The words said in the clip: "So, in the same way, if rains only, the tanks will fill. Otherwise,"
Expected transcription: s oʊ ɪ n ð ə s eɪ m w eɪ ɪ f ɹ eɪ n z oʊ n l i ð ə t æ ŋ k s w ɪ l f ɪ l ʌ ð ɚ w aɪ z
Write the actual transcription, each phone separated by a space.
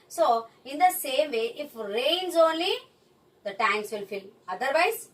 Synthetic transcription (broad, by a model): s oʊ ɪ n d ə s eɪ m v eɪ ɪ f ɹ eɪ n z oʊ n l i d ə t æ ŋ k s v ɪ l f ɪ l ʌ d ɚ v aɪ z